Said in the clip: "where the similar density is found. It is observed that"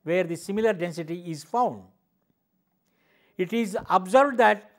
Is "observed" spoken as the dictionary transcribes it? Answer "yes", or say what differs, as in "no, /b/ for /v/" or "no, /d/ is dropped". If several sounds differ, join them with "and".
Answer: no, /b/ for /v/